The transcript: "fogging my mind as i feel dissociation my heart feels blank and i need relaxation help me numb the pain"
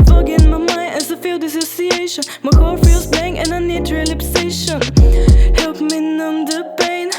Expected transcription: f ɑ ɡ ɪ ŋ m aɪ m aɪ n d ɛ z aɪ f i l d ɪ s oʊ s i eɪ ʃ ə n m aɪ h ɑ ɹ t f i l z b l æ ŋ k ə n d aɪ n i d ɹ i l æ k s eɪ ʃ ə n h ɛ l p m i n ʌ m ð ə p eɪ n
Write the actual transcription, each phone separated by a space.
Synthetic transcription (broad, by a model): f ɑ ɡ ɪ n m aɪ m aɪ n ɛ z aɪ f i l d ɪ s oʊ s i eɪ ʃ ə n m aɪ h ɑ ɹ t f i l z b ɛ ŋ ə n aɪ n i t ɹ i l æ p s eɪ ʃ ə n h ɛ l p m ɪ n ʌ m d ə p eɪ n